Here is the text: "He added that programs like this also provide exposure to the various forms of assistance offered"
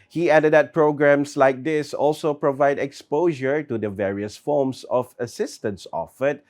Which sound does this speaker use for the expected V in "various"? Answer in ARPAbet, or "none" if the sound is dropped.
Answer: V